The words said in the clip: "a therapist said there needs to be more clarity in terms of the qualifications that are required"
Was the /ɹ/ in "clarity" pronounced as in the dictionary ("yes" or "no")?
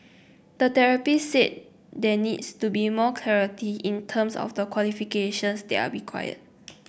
yes